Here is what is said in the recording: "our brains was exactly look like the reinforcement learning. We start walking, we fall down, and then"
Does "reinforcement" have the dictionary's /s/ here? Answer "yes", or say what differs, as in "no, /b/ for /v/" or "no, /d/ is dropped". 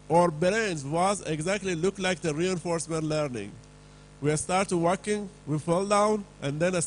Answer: yes